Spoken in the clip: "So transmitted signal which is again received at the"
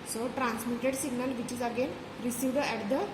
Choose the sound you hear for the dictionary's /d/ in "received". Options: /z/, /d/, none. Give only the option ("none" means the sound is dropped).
/d/